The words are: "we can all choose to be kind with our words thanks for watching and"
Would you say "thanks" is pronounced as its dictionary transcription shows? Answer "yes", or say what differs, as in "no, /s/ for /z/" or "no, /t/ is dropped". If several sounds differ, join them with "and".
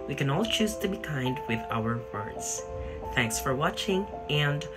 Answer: yes